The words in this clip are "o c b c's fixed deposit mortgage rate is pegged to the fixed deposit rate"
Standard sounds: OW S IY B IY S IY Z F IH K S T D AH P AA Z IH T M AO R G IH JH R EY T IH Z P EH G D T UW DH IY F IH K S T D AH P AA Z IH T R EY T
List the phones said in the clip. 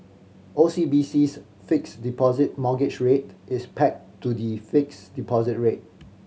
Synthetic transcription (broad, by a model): OW S IY B IY S IY S F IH K S D AH P AA Z IH T M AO G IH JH R EY T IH S P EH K T UW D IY F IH K S D AH P AA Z IH T R EY T